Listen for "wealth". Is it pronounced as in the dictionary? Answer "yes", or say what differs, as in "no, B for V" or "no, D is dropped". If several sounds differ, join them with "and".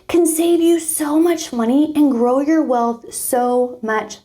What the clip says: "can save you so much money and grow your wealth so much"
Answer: yes